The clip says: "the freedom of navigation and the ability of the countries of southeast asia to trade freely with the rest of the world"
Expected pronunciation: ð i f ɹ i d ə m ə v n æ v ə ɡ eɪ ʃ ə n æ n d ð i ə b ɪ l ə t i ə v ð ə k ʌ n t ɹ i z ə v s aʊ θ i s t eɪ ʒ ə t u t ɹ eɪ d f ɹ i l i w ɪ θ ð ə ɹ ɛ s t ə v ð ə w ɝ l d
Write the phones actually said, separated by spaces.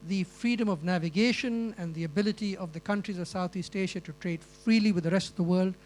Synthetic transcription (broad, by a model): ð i f ɹ i d ə m ə v n æ v ə ɡ eɪ ʃ ə n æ n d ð i ə b ɪ l ə t i ə v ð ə k ʌ n t ɹ i z ə v s aʊ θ i s t eɪ ʃ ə t u t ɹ eɪ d f ɹ i l i w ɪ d ð ə ɹ ɛ s t ə v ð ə w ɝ l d